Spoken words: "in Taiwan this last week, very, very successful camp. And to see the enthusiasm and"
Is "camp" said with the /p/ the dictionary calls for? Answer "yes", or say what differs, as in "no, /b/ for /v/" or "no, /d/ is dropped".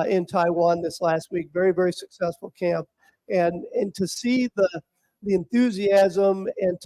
yes